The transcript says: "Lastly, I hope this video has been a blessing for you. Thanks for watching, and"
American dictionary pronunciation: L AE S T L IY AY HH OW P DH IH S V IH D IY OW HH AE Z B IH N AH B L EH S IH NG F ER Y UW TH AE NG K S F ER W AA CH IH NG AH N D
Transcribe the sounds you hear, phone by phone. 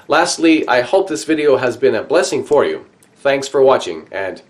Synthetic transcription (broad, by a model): L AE S T L IY AY HH OW P DH IH S V IH D IY OW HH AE Z B IH N AH B L EH S IH NG F ER Y UW TH AE NG K S F ER W AA CH IH NG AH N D